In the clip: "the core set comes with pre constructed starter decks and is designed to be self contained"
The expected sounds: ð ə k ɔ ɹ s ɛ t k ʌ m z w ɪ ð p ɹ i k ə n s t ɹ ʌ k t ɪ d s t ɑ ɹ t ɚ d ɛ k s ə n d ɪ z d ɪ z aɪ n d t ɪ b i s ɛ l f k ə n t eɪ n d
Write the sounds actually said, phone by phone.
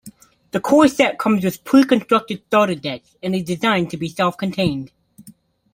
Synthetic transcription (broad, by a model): ð ə k ɔ ɹ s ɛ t k ʌ m z w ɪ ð p u k ə n s t ɹ ʌ k t ɪ d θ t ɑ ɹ t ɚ d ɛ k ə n ɪ z d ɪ z aɪ n t ɪ b i s ɛ l f k ə n t eɪ n d